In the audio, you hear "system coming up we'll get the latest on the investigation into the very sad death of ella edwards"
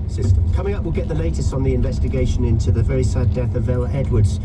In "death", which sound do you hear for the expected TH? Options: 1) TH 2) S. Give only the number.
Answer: 1